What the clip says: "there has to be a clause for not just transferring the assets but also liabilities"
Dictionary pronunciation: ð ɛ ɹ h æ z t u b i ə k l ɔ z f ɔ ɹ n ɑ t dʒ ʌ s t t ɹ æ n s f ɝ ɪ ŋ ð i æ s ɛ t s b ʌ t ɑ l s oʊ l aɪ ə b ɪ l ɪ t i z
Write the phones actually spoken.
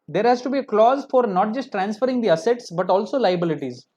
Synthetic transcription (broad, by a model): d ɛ ɹ h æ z t u b i ə k l ɔ z f ɔ ɹ n ɑ t dʒ ʌ s t t ɹ æ n s f ɝ ɪ ŋ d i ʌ s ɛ t s b ʌ t ɑ l s oʊ l aɪ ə b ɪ l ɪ t i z